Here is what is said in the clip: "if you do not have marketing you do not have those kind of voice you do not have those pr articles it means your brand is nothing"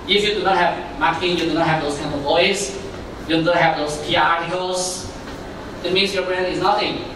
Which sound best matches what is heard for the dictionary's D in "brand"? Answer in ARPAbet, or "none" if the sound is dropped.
none